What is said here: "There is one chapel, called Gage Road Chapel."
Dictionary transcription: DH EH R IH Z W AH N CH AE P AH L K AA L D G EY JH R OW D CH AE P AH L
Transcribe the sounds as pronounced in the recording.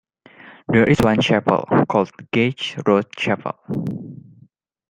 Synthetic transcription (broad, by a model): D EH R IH S W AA N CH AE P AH L K AA L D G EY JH R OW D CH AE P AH L